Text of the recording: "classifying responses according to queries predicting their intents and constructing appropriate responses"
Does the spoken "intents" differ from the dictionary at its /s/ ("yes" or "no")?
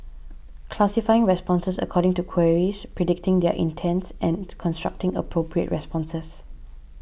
no